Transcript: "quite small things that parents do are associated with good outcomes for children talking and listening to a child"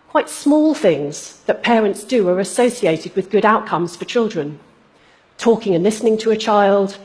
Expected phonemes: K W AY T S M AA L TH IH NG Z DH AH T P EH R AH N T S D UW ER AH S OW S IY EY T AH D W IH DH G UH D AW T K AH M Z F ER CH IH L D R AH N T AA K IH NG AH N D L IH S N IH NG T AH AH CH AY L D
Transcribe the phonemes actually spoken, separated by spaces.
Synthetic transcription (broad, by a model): K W AY T S M AA L TH IH NG Z DH AH T P EH R AH N T S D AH ER AH S OW S IY EY T AH D W IH DH G UH D AW T K AH M Z F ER CH IH L D R AH N T AA K IH NG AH N L IH S N IH NG T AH AH CH AY L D